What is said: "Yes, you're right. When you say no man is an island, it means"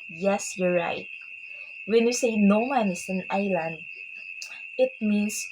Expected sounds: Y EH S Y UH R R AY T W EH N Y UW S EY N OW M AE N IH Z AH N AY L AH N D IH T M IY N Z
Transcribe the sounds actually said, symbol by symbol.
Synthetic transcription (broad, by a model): Y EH S Y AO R R AY T W EH N Y UW S EY N OW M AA N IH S AH N AY L AH N D IH T M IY N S